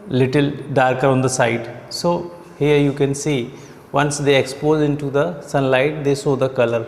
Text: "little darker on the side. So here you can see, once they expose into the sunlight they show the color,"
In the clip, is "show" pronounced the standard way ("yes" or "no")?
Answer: no